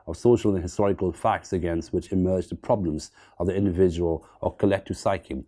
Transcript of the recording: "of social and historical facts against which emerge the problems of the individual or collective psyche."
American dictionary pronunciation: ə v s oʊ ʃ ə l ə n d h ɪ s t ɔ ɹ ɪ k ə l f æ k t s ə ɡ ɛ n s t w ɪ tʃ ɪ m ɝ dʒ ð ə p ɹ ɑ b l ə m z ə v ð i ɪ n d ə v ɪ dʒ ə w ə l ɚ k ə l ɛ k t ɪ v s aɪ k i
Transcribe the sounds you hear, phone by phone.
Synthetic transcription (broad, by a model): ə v s oʊ ʃ ə l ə n h ɪ s t ɔ ɹ ɪ k ə l f æ k t s ə ɡ ɛ n s t w ɪ tʃ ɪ m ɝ dʒ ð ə p ɹ ɑ b l ə m z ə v ð i ɪ n d ə v ɪ dʒ ə w ə l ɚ k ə l ɛ k t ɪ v s aɪ k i